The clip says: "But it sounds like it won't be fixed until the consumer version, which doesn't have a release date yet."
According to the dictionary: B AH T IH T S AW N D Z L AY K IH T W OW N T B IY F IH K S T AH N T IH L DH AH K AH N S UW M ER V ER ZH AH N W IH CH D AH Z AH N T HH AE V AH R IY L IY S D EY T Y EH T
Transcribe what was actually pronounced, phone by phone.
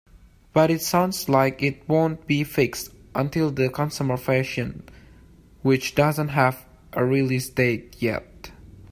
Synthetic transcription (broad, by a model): B AH T IH T S AW N D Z L AY K IH T W OW N T B IY F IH K S T AH N T IH L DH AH K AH N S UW M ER F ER SH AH N W IH CH D AH Z AH N T HH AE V AH R IY L IY S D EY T Y EH T